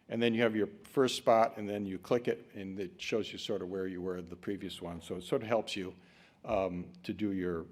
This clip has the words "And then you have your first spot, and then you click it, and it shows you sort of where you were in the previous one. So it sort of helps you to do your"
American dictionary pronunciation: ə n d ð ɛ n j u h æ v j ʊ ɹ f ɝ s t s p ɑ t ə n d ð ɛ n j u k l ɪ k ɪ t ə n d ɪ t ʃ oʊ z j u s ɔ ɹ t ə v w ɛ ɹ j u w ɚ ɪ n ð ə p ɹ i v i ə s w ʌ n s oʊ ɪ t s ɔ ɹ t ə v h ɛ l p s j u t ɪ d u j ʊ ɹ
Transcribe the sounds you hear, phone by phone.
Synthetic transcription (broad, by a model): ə n ð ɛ n j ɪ v j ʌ ɹ f ɝ s t s p ɑ t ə n ð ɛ n j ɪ k l ɪ k ɪ t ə n ɪ t ʃ oʊ z j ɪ s ɔ ɹ t ə v w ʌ ɹ j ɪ w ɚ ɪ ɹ ð ə p ɹ i v i ə s w ʌ n s oʊ ɪ t s ɔ ɹ t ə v h ɛ l p s j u t ɪ d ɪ j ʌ ɹ